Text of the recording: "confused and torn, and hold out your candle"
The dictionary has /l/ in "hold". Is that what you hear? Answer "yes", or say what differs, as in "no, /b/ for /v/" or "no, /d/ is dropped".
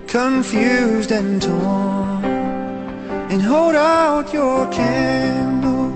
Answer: yes